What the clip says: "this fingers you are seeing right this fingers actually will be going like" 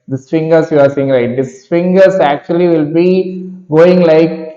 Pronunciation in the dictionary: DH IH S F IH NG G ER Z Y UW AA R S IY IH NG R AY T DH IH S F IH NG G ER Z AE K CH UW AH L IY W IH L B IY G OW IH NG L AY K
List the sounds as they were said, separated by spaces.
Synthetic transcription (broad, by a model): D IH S F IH NG G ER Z Y UW AA R S IY IH NG L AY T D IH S F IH NG G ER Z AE K CH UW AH L IY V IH L B IY G OW IH NG L AY K